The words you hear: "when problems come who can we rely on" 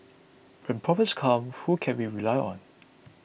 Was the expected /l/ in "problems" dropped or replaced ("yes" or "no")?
yes